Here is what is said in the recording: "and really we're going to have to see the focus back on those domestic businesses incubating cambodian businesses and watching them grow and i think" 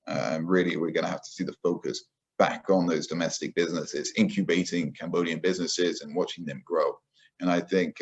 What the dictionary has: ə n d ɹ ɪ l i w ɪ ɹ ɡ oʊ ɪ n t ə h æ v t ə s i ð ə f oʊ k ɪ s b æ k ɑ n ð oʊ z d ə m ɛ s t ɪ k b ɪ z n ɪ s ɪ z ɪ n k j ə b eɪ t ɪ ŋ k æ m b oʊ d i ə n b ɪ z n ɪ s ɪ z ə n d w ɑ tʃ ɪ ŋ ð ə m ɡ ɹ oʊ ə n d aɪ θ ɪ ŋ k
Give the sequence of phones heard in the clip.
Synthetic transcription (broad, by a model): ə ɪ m ɹ ɪ l i w ɪ ɹ ɡ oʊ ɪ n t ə h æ f t ə s i ð ə f oʊ k ɪ s b æ k n ð oʊ z d ə m ɛ s t ɪ k b ɪ z n ɪ s ɪ z ɪ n k j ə b eɪ t ɪ ŋ k æ m b oʊ d i ə n b ɪ z n ɪ s ɪ z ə n w ɑ tʃ ɪ ŋ ð ə m ɡ ɹ oʊ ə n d aɪ θ ɪ ŋ k